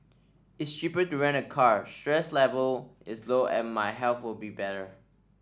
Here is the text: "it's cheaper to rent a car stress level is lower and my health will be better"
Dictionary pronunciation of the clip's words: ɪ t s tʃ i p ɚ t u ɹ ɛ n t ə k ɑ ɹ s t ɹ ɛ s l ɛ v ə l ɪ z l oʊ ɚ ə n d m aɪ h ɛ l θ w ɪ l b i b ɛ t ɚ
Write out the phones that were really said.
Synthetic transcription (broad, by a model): ɪ t s tʃ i p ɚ t u ɹ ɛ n ə k ɑ ɹ s t ɹ ɛ s l ɛ v ə l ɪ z l oʊ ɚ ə n m aɪ h ɛ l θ w ɪ l b i b ɛ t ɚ